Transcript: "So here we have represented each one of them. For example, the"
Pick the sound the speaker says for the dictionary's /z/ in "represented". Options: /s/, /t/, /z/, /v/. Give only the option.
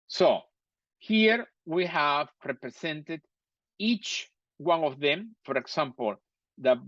/s/